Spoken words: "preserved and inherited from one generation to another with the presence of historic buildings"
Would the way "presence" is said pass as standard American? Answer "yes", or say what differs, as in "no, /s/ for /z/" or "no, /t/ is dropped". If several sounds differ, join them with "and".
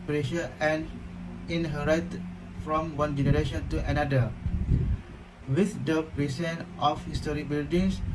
no, /s/ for /z/ and /s/ is dropped